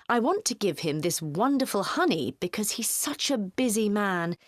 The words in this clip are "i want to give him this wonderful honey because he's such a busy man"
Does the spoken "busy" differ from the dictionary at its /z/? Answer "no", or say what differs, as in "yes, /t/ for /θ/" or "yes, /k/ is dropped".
no